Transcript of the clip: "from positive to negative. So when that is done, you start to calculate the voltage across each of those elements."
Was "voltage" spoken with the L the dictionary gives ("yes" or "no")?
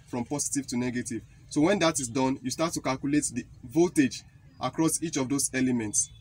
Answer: no